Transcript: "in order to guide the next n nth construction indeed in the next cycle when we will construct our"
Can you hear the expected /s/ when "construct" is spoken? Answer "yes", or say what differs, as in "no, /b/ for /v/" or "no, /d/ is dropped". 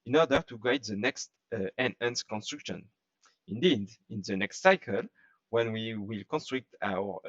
yes